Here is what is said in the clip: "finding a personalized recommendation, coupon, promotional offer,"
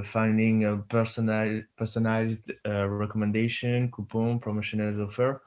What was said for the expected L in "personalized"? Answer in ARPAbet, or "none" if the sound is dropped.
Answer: none